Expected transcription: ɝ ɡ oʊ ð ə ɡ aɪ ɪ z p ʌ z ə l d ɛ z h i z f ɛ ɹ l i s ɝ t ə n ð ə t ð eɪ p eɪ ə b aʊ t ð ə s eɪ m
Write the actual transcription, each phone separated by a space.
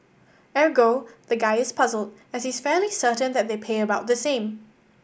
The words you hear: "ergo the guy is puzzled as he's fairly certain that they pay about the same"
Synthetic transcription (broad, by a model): ɝ ɡ oʊ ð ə ɡ aɪ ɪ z p ʌ z ə l d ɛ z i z f ɛ l i s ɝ t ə n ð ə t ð eɪ p eɪ ə b aʊ t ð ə s eɪ m